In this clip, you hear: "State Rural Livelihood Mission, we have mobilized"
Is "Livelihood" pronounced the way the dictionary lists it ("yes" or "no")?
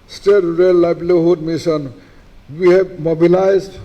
no